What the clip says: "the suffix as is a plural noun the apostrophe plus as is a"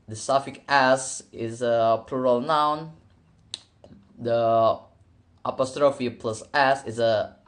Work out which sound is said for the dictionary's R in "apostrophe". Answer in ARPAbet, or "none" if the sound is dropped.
R